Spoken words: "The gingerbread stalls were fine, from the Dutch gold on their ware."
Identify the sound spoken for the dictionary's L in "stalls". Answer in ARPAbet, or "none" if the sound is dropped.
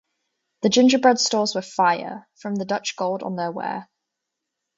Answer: none